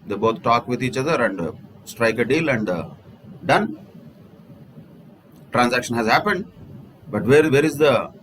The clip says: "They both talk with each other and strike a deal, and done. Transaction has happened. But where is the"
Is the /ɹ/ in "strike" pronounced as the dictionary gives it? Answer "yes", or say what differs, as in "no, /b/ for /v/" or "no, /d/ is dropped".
yes